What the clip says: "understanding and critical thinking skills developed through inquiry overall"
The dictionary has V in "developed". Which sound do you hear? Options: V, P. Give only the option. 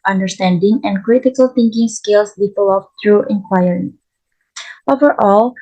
P